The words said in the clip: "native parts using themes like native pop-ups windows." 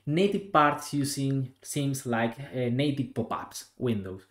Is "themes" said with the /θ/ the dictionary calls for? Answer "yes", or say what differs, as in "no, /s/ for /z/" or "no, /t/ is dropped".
no, /s/ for /θ/